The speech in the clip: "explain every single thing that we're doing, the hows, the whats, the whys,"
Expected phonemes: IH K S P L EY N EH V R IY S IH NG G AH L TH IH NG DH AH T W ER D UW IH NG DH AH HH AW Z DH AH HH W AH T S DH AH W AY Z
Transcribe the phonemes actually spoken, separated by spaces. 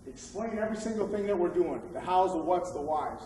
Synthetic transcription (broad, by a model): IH K S P L EY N EH V R IY S IH NG G L TH IH NG DH AH T W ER D UW IH NG DH AH HH AW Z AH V W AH T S DH AH W AY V